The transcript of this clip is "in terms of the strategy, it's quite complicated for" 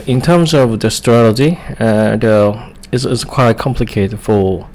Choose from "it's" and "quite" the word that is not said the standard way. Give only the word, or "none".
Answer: it's